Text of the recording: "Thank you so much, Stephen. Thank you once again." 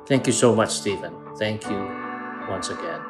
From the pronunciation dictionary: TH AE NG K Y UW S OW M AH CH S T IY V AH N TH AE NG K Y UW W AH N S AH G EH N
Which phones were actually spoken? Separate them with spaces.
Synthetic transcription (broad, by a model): TH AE NG K Y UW S OW M AH CH S T IY V AH N TH AE NG K Y UW W AH N S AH G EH N